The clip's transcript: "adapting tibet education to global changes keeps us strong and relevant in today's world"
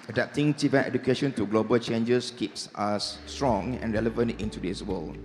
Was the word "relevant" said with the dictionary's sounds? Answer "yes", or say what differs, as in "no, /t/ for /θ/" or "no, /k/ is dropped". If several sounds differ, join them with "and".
yes